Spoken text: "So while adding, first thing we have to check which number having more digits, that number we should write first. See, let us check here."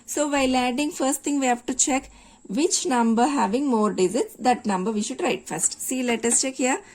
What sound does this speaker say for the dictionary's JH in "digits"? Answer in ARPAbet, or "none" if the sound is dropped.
Z